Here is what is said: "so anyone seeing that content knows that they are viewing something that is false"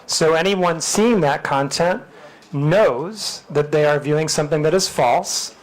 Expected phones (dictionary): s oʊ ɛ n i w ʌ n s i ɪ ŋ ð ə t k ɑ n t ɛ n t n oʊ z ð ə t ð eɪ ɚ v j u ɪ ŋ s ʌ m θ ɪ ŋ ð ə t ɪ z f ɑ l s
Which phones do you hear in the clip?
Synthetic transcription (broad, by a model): s oʊ ɛ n i w ʌ n s i ɪ ŋ ð ə t k ɑ n t ɛ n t n oʊ z ð ə t ð eɪ ɚ v j u ɪ ŋ s ʌ m θ ɪ ŋ ð ə t ɪ z f ɑ l s